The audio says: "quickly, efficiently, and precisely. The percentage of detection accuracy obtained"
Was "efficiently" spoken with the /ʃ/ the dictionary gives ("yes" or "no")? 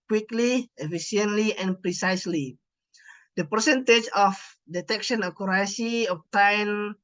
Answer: no